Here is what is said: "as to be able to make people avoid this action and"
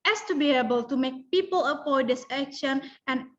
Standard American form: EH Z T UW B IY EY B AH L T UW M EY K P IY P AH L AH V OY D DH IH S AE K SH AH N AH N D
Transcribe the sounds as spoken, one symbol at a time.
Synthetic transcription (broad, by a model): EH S T UW B IY EY B AH L T UW M EY K P IY P AH L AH P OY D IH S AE K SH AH N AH N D